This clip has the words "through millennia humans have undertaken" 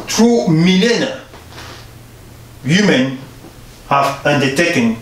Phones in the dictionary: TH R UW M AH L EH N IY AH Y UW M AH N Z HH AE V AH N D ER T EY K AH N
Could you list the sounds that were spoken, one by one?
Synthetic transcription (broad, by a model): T R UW M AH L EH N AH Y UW M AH N HH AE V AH N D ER T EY K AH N